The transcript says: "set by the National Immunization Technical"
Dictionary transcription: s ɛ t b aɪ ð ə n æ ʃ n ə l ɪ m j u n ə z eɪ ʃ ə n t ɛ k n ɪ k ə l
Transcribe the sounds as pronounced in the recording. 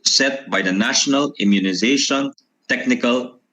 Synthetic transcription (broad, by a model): s ɛ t b aɪ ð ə n æ ʃ n ə l ɪ m j u n ə z eɪ ʃ ə n t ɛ k n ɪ k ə l